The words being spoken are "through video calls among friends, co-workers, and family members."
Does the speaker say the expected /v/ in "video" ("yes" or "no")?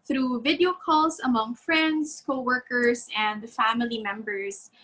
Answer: yes